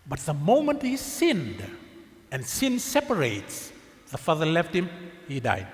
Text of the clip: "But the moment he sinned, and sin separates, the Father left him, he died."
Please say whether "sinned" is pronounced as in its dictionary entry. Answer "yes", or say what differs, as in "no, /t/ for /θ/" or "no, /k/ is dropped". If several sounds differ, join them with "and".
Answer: yes